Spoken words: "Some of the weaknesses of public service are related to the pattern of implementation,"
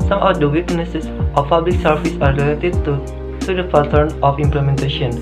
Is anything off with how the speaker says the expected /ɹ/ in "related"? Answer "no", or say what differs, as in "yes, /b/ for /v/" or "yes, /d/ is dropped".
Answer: yes, /l/ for /ɹ/